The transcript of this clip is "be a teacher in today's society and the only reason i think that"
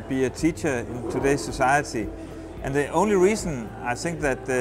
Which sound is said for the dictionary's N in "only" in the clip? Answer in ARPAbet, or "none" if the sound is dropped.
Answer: N